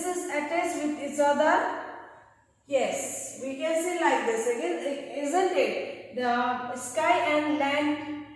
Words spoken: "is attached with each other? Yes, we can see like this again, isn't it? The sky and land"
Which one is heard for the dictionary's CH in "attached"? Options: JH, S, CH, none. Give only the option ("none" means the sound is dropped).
S